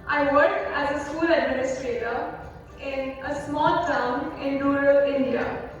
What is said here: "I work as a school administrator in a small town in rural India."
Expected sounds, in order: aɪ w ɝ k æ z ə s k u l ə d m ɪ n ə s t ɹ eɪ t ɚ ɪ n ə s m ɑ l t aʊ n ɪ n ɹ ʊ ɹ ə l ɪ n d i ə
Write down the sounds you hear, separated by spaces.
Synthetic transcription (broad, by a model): aɪ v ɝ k æ z ə s k u l ə d m ɪ n ə s t ɹ eɪ t ɚ ɪ n ə s m ɑ l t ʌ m ɪ n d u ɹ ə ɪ n d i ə